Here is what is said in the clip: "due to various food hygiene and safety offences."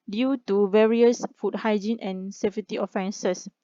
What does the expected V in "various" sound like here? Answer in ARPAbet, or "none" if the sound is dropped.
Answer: V